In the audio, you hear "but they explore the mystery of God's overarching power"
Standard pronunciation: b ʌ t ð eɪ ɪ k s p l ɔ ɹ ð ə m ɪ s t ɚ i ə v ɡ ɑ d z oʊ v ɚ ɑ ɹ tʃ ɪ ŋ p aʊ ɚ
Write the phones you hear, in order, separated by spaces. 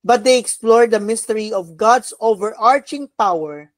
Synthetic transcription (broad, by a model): b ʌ t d eɪ ɪ k s p l ɔ ɹ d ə m ɪ s t ɚ i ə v ɡ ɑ d s oʊ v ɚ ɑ ɹ tʃ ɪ ŋ p aʊ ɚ